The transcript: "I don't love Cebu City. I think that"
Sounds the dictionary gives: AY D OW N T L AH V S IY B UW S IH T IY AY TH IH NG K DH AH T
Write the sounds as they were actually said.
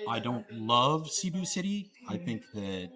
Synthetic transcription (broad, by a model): AY D OW N T L AH V S IY B UW S IH T IY AY TH IH NG K DH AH T